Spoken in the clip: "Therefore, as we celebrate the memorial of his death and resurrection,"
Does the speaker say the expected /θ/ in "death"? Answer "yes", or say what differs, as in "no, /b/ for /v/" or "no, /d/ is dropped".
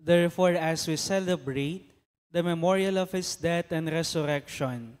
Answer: no, /t/ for /θ/